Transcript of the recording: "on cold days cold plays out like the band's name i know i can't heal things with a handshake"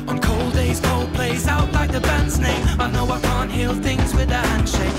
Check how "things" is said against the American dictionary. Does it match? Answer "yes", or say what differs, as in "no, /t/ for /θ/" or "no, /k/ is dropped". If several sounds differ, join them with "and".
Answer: yes